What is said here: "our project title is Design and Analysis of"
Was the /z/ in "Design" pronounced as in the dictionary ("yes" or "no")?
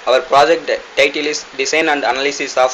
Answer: no